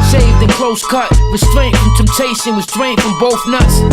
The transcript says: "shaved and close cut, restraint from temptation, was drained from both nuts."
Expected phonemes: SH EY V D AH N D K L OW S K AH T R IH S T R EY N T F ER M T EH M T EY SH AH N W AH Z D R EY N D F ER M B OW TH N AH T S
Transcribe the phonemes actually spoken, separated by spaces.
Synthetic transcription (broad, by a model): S EY V D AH N K L OW S K AH T W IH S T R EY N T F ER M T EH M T EY S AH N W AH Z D R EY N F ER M B OW TH N AH T S